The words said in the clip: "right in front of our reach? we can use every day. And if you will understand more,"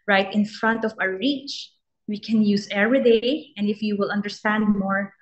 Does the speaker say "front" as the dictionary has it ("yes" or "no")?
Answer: yes